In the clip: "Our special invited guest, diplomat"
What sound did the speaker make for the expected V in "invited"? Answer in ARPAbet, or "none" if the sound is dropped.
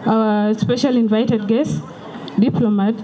V